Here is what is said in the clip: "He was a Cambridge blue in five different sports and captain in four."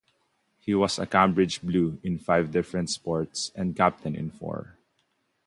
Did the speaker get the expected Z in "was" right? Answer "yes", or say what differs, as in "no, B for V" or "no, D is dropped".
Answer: no, S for Z